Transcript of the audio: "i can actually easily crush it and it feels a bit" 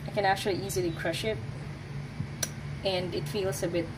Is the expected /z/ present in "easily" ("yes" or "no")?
yes